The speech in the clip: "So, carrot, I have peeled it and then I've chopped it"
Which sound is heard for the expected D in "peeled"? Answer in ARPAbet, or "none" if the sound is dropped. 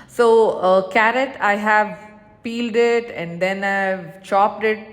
D